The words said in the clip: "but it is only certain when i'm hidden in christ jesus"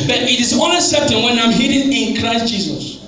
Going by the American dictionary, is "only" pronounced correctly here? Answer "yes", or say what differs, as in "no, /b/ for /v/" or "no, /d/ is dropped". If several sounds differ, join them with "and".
no, /l/ is dropped